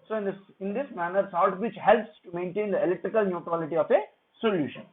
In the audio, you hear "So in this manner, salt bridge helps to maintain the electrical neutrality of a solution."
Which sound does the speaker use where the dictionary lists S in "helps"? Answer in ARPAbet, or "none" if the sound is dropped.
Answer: S